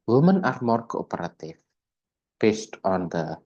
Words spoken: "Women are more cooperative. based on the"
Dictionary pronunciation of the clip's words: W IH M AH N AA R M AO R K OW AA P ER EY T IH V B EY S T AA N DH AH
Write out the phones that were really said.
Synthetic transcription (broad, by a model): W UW M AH N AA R M AO R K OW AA P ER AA T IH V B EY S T AA N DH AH